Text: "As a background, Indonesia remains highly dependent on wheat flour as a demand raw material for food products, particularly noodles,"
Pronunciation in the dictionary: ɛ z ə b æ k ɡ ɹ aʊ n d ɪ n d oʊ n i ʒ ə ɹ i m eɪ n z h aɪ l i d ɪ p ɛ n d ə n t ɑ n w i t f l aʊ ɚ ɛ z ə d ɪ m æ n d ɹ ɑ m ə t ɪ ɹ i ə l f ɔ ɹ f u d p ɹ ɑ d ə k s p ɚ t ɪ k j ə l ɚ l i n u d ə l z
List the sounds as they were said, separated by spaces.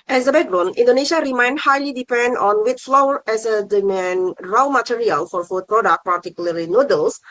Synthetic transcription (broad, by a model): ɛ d ə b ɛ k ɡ ɹ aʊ n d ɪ n d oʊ n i ʃ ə ɹ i m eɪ n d h aɪ l i d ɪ p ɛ n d ɑ n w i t f l aʊ ɚ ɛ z ə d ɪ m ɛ n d ɹ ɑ m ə t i ɹ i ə l f ɔ ɹ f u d p ɹ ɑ d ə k p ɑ t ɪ k j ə l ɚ l i n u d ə l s